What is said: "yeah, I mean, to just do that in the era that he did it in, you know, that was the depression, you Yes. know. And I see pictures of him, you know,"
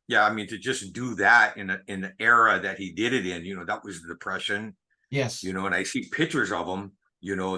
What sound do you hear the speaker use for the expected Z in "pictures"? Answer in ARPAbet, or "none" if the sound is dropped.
Z